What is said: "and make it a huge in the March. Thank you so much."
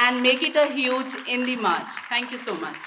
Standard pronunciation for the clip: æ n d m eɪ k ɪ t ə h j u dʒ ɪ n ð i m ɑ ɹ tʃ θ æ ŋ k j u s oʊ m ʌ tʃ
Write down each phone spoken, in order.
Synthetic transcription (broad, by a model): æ n d m eɪ k ɪ t ə h j u dʒ ɪ n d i m ɑ ɹ tʃ t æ ŋ k j u s oʊ m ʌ tʃ